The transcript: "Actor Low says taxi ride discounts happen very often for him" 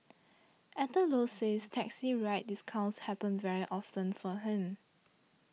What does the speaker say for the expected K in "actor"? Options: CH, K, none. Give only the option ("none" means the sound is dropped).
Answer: none